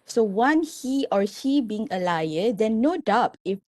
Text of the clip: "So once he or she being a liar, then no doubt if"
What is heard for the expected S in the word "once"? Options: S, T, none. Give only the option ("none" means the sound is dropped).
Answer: none